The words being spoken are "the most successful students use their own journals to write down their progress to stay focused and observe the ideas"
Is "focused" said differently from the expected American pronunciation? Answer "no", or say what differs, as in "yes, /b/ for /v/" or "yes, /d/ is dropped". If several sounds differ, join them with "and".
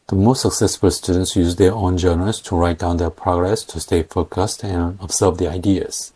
no